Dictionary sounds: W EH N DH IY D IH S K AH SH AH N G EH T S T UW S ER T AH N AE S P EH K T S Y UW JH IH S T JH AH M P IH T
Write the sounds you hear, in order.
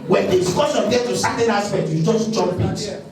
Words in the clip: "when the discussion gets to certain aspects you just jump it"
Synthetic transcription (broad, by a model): W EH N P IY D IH K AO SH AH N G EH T T UW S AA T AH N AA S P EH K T Y UW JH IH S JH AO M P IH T